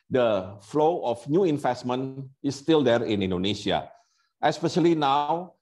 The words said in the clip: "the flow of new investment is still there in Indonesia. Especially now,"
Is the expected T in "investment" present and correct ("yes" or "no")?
no